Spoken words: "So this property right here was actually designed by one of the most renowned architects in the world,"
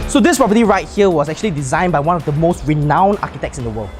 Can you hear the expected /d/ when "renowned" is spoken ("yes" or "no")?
no